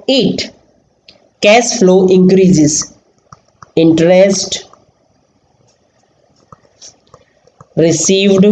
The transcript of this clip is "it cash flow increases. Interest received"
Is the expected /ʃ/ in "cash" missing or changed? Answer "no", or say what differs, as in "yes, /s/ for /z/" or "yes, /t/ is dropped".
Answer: yes, /s/ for /ʃ/